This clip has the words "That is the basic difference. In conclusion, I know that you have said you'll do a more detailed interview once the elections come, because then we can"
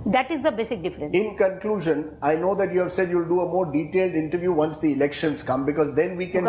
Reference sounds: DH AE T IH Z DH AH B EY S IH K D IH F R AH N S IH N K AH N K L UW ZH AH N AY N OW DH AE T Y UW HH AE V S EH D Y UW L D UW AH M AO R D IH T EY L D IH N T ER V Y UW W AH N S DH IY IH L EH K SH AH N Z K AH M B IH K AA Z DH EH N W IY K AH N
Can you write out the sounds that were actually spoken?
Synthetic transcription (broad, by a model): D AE T IH Z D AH B EY S IH K D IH F R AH N IH N K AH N K L UW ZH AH N AY N OW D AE T Y UW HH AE V S EH D Y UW L D UW AH M AO R D IH T EY L D IH N T ER V Y UW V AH N S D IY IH L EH K SH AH N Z K AH M B IH K AA Z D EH N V IY K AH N